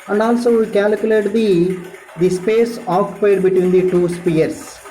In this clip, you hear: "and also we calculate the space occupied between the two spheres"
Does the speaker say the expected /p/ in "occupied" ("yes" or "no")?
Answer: no